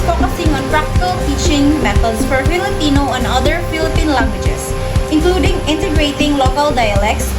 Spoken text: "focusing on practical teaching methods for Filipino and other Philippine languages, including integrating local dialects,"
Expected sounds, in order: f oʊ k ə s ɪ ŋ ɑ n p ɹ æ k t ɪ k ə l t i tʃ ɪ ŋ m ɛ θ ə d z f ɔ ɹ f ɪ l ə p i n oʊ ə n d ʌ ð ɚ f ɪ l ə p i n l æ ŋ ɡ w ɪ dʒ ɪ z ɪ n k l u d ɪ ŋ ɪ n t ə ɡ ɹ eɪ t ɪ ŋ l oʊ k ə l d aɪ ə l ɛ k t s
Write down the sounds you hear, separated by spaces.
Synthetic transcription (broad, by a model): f oʊ k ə s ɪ ŋ ɑ n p ɹ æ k t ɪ k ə l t i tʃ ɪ ŋ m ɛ t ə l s f ɔ ɹ f ɪ l ə p i n oʊ ə n d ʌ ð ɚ f ɪ l ə p i n l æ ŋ ɡ w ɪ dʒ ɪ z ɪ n k l u d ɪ ŋ ɪ n t ə ɡ ɹ eɪ t ɪ ŋ l oʊ k ə l d aɪ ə l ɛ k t s